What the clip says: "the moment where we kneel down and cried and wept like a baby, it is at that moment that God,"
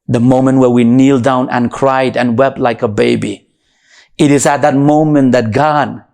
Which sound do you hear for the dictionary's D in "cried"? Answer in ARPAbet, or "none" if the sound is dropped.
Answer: D